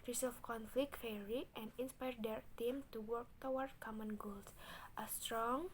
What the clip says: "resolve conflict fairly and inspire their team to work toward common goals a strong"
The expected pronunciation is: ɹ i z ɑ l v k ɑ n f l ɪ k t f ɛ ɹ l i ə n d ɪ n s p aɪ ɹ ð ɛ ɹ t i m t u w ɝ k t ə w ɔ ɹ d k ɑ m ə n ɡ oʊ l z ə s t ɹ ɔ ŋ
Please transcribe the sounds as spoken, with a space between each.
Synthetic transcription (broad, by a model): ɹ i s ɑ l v k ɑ n f l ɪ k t f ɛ ɹ i ə n d ɪ n s p aɪ ɹ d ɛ ɹ t i m t u w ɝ k t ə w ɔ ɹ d k ɑ m ə n ɡ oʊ l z ə s t ɹ ɔ ŋ